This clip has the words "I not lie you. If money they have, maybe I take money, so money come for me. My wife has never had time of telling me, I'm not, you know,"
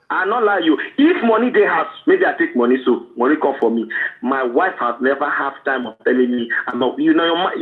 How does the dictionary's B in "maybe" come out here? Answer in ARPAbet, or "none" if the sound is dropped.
B